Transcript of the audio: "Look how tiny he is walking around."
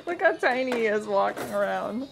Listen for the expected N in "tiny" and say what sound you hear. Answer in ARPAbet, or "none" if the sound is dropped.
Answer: none